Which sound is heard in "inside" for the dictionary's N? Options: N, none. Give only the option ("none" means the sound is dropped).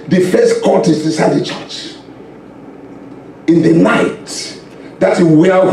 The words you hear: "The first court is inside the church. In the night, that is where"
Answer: none